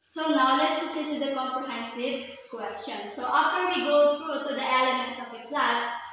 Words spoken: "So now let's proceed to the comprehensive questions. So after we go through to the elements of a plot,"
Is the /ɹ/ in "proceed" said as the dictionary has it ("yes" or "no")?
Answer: no